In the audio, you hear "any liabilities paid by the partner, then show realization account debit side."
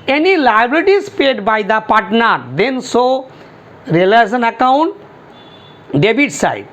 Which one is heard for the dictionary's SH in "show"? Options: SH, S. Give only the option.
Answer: S